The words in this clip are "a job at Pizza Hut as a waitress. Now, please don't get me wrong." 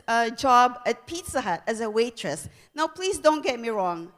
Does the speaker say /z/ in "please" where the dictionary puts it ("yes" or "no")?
no